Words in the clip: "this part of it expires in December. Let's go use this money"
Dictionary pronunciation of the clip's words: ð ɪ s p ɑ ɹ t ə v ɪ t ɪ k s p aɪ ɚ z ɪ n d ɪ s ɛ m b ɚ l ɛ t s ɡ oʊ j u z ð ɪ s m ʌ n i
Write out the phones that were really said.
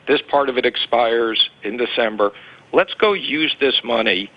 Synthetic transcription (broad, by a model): ð ɪ s p ɑ ɹ t ə v ɪ t ɪ k s p aɪ ɚ z ɪ n d ɪ s ɛ m b ɚ l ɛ t s ɡ oʊ j u z ð ɪ s m ʌ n i